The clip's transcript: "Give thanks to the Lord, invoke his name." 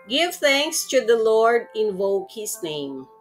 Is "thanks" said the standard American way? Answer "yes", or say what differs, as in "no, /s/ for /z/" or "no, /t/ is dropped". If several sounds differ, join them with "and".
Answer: yes